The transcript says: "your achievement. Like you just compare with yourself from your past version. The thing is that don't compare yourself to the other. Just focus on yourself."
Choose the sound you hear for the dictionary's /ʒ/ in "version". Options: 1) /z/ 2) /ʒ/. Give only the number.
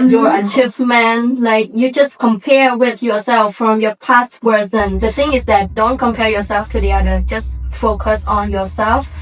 1